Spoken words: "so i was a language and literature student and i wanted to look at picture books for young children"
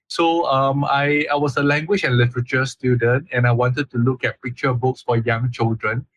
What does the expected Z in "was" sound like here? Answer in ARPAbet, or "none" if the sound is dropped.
S